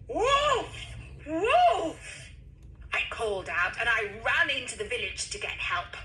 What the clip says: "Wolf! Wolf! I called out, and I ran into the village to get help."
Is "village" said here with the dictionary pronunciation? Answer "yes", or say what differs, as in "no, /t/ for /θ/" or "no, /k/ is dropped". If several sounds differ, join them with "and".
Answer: yes